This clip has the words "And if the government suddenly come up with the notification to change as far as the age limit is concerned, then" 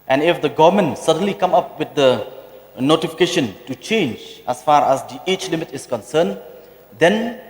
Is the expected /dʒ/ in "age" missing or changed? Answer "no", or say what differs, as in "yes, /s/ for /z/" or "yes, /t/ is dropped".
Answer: yes, /tʃ/ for /dʒ/